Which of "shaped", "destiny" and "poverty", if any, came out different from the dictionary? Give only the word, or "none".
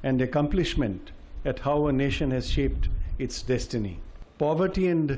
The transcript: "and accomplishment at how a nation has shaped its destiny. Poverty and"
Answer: none